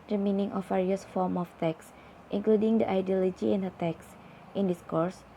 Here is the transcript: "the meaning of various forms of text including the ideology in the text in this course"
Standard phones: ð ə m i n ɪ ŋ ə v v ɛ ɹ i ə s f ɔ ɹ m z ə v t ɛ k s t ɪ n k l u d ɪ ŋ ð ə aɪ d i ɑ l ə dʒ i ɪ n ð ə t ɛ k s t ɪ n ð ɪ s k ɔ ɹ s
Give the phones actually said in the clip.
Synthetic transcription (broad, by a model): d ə m i n ɪ ŋ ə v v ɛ ɹ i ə s f ɔ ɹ m ə f t ɛ k s t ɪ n k l u d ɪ ŋ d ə aɪ d i ɑ l ə dʒ i ɪ n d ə t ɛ k s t ɪ n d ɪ s k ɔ ɹ s